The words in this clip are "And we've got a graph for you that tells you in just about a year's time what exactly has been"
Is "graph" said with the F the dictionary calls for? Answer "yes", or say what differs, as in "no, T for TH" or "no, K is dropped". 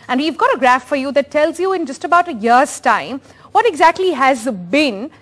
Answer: yes